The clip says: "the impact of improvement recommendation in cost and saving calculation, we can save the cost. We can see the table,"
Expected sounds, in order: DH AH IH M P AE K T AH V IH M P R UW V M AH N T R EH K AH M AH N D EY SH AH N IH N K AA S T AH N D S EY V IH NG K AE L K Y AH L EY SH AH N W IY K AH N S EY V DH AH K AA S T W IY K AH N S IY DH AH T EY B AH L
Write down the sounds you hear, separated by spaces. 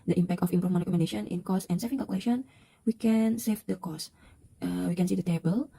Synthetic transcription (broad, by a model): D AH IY M P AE K T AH F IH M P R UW M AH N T R EH K AH M AH N D EY SH AH N IH N K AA S AH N S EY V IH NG K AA L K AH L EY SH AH N W IY K AH N S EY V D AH K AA S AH W IY K AH N S IY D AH T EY B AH L